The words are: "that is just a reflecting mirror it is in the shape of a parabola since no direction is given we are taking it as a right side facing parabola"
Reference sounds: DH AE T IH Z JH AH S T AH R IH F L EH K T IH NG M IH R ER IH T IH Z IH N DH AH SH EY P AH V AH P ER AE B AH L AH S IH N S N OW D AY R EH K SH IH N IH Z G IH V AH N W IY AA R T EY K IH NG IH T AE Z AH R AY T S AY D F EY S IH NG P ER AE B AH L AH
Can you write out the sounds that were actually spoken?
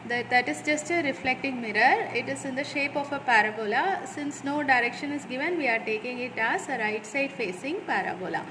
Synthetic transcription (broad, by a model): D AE T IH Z JH AH S T AH R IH F L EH K T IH NG M IH R ER IH T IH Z IH N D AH SH EY P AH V AH P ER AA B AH L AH S IH N S N OW D AY R EH K SH IH N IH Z G IH V AH N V IY AA R T EY K IH NG IH T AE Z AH R AY T S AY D F EY S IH NG P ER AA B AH L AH